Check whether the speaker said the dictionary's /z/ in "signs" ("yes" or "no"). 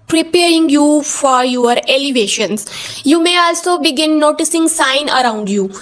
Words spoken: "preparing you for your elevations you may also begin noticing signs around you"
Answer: no